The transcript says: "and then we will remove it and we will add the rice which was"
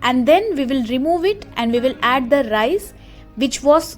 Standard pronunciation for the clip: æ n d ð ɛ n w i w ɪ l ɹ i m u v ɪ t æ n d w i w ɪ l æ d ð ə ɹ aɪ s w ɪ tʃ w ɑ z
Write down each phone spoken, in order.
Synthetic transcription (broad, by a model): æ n d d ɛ n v i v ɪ l ɹ i m u v ɪ t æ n d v i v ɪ l æ d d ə ɹ aɪ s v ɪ tʃ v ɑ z